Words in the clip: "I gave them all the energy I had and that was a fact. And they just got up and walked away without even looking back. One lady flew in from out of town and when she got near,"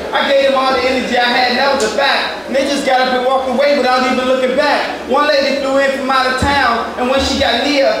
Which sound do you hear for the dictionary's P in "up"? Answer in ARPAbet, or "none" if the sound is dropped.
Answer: B